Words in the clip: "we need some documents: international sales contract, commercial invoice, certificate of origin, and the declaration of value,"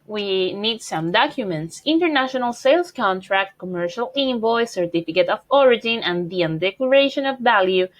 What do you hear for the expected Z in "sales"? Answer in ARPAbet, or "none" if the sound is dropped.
S